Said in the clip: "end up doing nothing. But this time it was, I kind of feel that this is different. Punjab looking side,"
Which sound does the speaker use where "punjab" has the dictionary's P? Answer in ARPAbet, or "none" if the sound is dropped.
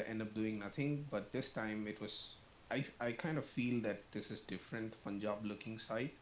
F